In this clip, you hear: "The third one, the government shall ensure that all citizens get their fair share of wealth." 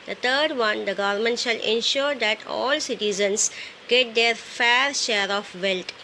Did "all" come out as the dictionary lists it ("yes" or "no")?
yes